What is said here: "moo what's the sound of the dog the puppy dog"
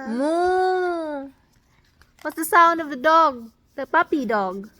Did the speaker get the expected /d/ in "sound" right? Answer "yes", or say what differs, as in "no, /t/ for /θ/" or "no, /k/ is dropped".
yes